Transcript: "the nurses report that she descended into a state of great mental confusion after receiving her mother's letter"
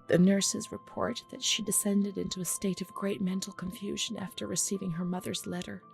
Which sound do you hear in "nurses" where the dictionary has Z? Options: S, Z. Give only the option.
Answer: Z